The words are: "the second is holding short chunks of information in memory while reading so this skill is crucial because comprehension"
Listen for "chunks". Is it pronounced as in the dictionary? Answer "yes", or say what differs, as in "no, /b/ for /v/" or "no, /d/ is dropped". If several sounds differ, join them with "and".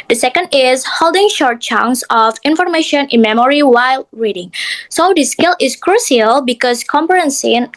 no, /k/ is dropped